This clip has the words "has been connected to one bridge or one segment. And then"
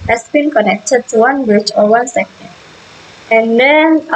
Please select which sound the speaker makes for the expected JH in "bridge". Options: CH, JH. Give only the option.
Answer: CH